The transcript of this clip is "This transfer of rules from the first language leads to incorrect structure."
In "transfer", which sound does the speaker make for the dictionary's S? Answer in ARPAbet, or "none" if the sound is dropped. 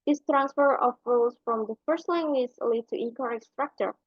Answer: S